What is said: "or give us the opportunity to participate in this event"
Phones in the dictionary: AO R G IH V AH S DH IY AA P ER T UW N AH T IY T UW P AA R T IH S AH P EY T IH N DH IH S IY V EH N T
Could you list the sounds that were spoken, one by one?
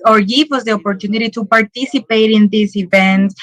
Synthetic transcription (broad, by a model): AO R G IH W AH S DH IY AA P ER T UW N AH T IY T UW P AA R T IH S AH P EY T IH N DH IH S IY V EH N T